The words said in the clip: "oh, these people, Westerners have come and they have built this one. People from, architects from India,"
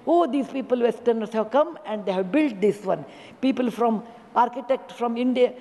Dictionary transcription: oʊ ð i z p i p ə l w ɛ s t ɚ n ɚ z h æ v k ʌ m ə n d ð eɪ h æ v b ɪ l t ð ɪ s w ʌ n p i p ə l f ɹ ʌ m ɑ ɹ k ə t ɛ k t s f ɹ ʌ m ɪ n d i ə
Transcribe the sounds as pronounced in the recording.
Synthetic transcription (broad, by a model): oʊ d i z p i p ə l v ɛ s t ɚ n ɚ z h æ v k ʌ m ə n d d eɪ h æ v b ɪ l t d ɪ s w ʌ n p i p ə l f ɹ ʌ m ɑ ɹ k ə t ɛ k t f ɹ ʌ m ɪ n d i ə